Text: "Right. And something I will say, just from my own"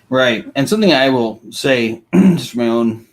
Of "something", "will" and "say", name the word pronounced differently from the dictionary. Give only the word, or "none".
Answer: none